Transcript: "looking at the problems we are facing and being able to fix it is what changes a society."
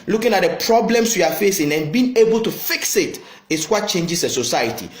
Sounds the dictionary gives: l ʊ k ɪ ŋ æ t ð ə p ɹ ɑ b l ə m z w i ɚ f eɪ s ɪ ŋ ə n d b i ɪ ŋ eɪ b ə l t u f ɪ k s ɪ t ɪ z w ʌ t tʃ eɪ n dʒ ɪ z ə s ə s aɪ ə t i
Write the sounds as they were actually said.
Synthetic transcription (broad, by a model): l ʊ k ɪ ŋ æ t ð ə p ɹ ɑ b l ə m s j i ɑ f eɪ s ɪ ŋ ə n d b i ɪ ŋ eɪ b ə l t u f ɪ k s ɪ t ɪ s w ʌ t tʃ eɪ n dʒ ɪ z ə s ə s aɪ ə t i